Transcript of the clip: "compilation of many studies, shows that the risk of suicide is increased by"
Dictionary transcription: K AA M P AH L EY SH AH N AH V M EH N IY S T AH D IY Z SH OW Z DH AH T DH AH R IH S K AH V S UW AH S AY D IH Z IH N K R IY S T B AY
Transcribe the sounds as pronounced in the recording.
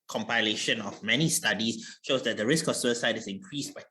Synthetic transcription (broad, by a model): K AA M P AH L EY SH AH N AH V M EH N IY S T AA D IY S SH OW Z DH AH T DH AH R IH S K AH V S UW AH S AY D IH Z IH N K R IY S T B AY